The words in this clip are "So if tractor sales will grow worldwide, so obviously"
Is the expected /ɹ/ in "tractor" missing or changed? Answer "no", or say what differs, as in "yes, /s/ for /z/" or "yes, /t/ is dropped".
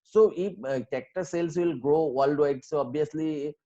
yes, /ɹ/ is dropped